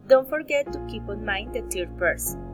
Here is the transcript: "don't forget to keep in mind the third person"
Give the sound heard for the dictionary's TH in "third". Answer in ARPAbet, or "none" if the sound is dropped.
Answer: T